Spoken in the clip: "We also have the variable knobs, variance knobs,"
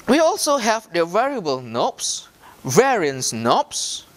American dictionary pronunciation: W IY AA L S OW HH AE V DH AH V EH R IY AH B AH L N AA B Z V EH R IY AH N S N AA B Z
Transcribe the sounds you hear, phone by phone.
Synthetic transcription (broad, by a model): W IY AA L S OW HH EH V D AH V EH R IY AH B AH L N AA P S V EH R IY AH N S N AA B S